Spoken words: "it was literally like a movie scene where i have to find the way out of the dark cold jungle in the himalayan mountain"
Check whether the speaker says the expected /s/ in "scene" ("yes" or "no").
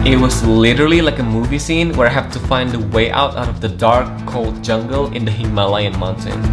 yes